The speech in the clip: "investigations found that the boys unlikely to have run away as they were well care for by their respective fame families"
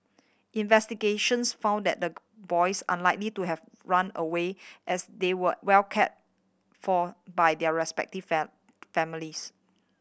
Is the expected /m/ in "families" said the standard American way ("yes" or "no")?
no